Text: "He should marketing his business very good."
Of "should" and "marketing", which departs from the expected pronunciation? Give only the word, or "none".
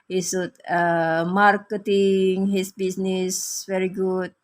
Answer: should